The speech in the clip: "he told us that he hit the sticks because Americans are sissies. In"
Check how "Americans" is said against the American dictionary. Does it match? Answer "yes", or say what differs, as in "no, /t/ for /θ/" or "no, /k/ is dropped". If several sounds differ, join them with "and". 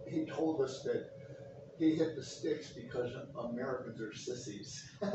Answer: yes